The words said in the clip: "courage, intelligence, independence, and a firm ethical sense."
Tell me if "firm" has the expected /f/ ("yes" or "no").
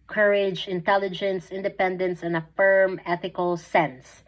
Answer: yes